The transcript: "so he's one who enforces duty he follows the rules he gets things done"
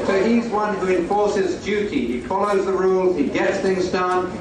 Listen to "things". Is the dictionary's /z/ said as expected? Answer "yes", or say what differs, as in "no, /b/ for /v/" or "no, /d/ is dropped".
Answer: yes